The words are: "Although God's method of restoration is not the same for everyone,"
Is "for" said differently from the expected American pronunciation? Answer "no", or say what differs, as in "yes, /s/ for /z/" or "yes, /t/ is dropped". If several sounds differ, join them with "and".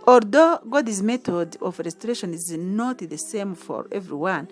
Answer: no